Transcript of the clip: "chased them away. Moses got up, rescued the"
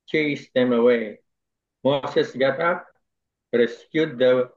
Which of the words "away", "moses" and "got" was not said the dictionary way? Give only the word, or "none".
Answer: moses